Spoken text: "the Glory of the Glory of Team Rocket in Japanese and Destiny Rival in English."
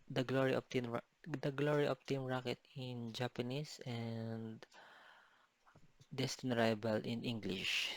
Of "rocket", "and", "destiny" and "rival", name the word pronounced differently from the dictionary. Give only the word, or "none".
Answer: rival